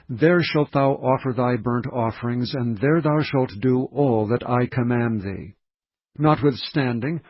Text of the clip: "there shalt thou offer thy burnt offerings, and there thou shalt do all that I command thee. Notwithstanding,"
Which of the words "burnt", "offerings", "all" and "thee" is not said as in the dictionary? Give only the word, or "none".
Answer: none